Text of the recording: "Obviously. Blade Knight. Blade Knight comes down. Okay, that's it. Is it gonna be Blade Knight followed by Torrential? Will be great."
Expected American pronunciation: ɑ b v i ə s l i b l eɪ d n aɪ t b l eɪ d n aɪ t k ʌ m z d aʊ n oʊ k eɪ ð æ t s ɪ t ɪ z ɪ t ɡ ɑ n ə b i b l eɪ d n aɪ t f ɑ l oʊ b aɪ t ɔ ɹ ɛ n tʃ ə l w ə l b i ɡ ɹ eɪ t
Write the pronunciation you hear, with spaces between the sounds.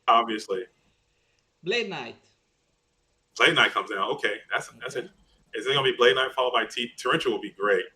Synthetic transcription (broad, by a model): ɑ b v i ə s l i b l eɪ d n aɪ t b l eɪ d n aɪ t k ʌ m z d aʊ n oʊ k eɪ ð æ t s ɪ t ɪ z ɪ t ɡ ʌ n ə b i b l eɪ d n aɪ t f ɑ l oʊ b aɪ t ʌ ɹ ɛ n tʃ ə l w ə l b i ɡ ɹ eɪ t